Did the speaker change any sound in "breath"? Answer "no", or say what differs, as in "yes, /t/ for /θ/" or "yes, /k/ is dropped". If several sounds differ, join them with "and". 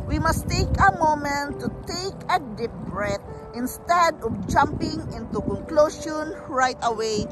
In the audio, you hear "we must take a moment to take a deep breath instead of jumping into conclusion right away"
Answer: yes, /t/ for /θ/